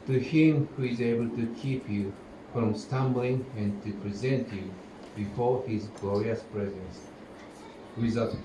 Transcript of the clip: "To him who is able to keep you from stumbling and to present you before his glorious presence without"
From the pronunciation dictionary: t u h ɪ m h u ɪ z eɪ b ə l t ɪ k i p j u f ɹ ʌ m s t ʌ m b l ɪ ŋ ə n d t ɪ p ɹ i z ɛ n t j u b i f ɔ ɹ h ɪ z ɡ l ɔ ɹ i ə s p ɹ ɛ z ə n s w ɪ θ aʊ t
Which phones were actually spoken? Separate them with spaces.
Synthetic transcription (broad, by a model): t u h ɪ m h u ɪ z eɪ b ə l t ɪ k i p j u f ɹ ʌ m s t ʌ m b l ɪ ŋ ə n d t ɪ p ɹ i z ɛ n t j u b i f ɔ ɹ h ɪ z ɡ l ɔ ɹ i ə s p ɹ ɛ z ə n s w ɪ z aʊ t